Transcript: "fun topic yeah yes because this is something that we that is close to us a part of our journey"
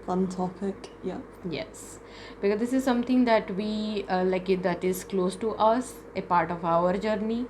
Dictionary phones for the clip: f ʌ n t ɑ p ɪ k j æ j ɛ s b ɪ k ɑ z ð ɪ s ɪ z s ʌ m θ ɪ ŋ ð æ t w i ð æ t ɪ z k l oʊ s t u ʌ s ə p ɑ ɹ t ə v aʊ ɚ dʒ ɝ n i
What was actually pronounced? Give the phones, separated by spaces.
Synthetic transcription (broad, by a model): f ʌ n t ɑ f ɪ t j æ j ɛ s b ɪ k ɑ z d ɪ s ɪ z s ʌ m t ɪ ŋ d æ t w i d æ t ɪ z k l oʊ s t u ʌ s ə p ɑ ɹ t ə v aʊ ɚ dʒ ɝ n i